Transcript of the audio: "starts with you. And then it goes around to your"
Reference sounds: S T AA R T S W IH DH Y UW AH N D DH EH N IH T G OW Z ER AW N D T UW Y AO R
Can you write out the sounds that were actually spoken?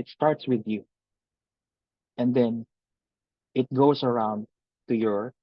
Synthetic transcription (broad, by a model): S T AA R T S W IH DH Y UW AH N D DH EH N IH T G OW S ER AW N D T UW Y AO R